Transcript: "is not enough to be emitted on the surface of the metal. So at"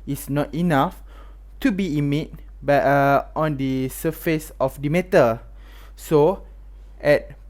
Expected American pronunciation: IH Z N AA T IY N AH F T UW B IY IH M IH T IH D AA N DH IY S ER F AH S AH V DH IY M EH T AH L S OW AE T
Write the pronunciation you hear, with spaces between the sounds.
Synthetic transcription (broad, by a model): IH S N AA T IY N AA F T UW B IY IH M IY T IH AA N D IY S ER F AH S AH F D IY M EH T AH S OW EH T